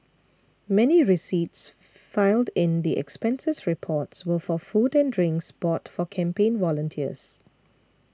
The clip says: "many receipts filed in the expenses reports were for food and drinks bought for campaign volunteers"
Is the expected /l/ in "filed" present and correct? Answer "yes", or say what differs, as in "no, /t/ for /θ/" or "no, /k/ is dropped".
yes